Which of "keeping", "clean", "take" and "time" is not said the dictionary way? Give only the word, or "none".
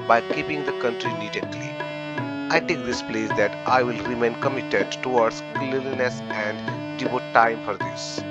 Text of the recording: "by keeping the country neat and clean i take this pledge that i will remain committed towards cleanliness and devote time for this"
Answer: clean